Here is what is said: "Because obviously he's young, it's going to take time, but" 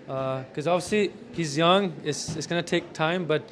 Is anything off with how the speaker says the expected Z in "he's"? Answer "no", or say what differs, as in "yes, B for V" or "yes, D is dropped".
no